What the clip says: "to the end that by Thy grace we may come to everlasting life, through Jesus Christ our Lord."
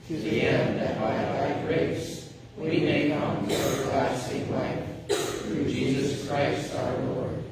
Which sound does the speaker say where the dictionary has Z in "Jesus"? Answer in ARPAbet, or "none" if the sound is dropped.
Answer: Z